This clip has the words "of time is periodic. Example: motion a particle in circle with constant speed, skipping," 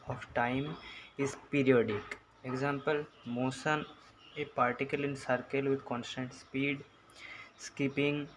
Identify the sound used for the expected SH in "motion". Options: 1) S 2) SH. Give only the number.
1